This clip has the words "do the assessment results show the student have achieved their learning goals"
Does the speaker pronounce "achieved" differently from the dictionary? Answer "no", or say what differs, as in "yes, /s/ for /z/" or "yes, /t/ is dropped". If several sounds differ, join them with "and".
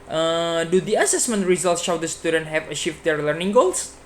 yes, /ʃ/ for /tʃ/